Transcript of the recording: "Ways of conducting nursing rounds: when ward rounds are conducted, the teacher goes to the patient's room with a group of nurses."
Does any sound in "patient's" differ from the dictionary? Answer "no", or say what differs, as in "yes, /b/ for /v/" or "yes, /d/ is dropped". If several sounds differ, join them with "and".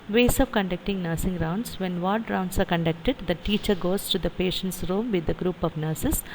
no